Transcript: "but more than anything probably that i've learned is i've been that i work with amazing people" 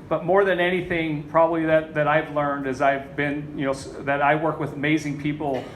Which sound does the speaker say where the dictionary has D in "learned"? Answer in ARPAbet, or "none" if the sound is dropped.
D